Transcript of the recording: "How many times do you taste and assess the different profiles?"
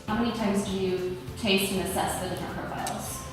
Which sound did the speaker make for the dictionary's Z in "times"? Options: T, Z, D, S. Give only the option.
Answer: Z